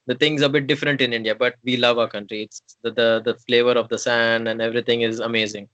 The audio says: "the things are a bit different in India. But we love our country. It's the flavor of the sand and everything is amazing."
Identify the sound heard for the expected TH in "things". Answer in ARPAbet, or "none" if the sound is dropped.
T